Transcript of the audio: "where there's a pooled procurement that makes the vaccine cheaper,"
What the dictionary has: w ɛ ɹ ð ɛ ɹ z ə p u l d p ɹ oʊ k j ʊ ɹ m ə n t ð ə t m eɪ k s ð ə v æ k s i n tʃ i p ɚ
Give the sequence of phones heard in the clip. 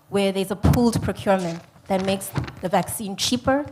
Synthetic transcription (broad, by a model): w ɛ ɹ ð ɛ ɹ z ə p u l d p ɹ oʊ k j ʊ ɹ m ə n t ð ə t m eɪ k s ð ə v æ k s i n tʃ i p ɚ